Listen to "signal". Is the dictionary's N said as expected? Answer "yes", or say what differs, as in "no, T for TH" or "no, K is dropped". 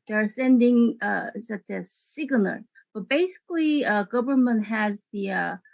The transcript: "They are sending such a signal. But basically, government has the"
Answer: no, L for N